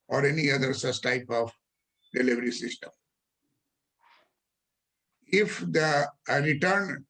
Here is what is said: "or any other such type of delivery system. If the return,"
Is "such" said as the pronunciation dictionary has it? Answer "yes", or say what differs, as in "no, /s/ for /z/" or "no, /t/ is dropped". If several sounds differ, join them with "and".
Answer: no, /s/ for /tʃ/